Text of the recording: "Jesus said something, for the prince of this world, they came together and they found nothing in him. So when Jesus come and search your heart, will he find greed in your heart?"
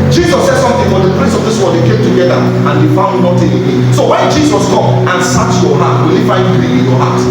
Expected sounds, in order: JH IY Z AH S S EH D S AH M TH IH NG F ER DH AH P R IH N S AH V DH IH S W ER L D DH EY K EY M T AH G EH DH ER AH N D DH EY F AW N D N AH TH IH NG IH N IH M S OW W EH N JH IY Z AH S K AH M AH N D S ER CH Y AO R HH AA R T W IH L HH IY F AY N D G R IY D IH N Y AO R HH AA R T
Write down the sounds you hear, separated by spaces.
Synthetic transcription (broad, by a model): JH IY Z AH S S EH D S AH M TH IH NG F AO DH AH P R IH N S AH V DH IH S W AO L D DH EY K EY M T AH G EH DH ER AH N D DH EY F AW N D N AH T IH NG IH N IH S OW W EH N JH IY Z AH S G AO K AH N S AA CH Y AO HH AA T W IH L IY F AY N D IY IH N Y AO HH AA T